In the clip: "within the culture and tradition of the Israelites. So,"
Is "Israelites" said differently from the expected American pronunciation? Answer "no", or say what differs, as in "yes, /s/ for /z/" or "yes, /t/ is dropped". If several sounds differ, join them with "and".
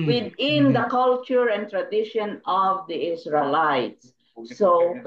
yes, /s/ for /z/